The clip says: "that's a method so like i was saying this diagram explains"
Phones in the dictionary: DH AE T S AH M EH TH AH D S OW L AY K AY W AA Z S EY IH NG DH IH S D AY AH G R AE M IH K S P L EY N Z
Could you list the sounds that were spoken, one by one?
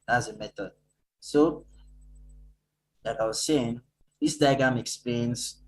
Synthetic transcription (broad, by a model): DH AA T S AH M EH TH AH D S OW L AY K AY W AA Z S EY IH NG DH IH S D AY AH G AA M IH K S P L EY N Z